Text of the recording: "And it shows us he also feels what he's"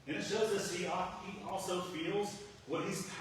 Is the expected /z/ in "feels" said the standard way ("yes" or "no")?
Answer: yes